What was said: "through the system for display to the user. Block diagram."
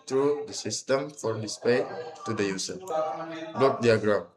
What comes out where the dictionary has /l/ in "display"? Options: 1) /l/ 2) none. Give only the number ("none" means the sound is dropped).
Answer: 2